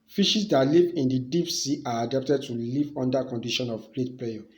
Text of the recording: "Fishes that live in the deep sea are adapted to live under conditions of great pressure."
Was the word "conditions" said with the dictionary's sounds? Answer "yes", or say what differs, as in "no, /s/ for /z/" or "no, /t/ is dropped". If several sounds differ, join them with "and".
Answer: no, /z/ is dropped